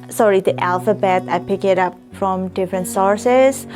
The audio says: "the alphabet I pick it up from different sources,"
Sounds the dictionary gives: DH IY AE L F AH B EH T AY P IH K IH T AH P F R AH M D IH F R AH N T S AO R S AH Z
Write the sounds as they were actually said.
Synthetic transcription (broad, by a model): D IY AE L F AH B EH T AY P IH K IH T AH P F R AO M D IH F R AH N T S AO R S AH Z